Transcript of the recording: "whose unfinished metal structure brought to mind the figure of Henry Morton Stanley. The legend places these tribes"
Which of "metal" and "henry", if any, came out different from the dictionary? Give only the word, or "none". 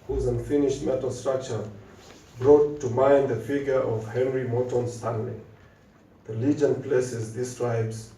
none